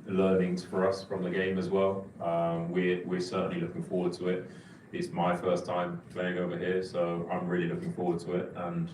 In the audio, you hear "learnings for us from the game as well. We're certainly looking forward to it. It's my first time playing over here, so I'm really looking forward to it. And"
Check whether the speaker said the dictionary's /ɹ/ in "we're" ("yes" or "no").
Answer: no